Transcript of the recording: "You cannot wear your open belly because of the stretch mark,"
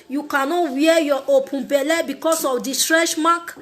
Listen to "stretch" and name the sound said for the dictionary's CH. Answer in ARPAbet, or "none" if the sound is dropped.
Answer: SH